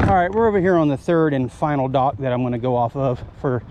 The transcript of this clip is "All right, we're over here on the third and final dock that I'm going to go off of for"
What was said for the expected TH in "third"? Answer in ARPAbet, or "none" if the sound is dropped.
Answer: TH